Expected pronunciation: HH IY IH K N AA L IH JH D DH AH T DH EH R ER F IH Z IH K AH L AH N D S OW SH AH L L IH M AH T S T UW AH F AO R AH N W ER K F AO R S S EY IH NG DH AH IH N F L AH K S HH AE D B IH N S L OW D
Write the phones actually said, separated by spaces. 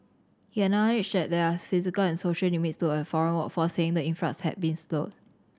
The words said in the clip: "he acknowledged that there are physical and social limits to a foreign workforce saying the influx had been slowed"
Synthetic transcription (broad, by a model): HH IY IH N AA N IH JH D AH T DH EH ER F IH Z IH K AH L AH N S OW SH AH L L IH M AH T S T UW AH F AO R AH N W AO F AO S S EY IH NG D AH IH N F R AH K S HH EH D B IH N S L OW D